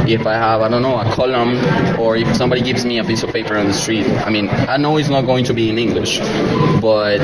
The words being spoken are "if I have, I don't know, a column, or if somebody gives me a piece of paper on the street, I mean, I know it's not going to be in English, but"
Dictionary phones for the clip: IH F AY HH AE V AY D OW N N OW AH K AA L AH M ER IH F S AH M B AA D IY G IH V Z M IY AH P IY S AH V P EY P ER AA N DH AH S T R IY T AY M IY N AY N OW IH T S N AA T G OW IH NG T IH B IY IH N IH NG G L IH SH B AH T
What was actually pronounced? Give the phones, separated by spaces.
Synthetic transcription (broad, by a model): IH F AY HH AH V AY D OW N N OW AH K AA L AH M ER IH F S AH M B AA D IY G IH V Z M IY AH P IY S AH V P EY P ER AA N DH AH S T R IY T AY M IY N AY N OW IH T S N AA T G OW IH NG T IH B IY IH N IH NG G L IH SH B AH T